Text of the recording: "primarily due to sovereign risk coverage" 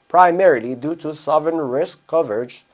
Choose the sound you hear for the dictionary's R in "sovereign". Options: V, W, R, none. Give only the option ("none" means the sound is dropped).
none